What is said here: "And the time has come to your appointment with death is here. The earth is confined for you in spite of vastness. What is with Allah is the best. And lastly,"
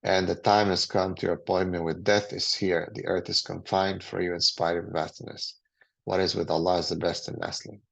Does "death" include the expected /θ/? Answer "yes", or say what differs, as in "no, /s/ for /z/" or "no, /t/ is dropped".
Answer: yes